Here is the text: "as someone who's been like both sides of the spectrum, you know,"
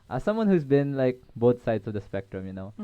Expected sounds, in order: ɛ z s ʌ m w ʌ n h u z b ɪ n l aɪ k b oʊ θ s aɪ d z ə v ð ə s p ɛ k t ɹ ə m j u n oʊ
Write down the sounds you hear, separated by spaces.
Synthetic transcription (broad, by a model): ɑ s ʌ m w ʌ n h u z b ɪ n l aɪ k b oʊ t s aɪ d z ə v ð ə s p ɛ k t ɹ ə m j u n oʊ